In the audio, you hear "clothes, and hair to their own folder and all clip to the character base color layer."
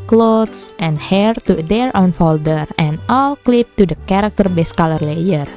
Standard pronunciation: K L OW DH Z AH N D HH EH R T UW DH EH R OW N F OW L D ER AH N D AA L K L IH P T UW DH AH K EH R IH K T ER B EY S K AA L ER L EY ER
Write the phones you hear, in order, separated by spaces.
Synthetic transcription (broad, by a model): K L OW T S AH N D HH EH R T UW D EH R OW N F OW L D ER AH N AA L K L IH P T UW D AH K EH R IH K T ER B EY S K AA L ER L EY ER